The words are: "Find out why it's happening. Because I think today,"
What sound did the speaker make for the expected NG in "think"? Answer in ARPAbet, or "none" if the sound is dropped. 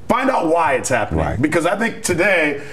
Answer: NG